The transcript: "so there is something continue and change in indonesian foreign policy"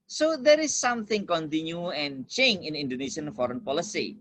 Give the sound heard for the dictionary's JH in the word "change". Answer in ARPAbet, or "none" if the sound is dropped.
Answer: none